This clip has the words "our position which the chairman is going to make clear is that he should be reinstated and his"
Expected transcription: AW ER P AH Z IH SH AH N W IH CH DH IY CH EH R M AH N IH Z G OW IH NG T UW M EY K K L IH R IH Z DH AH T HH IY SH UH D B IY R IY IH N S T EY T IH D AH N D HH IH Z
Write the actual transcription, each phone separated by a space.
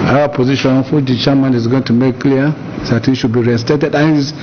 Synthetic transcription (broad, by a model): AW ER P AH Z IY SH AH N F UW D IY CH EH M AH N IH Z G OW IH NG T UW M EY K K L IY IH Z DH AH T HH IY SH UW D B IY R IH S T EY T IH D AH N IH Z